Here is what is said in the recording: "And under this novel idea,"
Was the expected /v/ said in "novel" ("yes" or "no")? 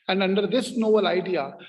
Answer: no